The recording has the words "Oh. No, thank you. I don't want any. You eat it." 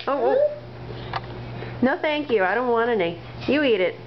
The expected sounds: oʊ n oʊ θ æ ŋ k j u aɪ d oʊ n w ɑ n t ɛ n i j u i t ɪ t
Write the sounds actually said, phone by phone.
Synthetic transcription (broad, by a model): oʊ n oʊ θ æ ŋ k j u aɪ d oʊ n w ɑ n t ɛ n i j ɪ i t ɪ t